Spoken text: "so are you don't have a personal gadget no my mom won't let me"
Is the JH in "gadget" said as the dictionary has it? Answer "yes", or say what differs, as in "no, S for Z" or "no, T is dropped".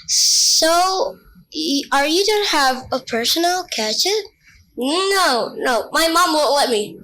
no, CH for JH